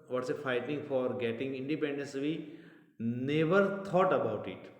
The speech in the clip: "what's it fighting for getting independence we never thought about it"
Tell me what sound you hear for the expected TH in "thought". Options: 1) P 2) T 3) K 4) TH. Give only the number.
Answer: 2